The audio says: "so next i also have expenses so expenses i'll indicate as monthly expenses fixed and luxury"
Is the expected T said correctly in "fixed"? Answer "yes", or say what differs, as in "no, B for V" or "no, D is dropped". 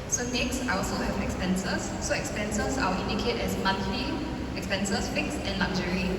no, T is dropped